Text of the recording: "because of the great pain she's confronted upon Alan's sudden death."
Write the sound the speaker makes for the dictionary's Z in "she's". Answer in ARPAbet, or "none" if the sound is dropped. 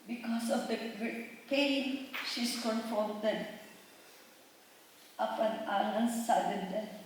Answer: S